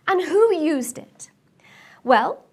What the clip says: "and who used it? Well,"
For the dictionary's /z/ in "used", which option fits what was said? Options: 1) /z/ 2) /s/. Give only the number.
1